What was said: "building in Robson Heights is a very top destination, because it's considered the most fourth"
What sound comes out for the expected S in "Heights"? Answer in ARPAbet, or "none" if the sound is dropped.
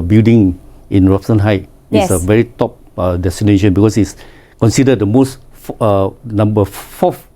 none